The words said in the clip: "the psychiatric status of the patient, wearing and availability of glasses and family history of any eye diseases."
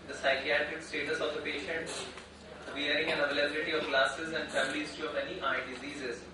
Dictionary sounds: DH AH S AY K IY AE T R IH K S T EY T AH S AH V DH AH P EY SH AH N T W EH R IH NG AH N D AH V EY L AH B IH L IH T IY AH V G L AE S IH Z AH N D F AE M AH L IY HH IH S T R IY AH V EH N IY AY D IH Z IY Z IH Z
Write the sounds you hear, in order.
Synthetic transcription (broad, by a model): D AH S AY K IY AE T R IH K S T EY T AH S AH V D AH P EY SH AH N T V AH R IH NG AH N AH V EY L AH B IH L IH T IY AH V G L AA S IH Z AH N D F AE M AH L IY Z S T IY AH V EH N IY AY D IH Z IY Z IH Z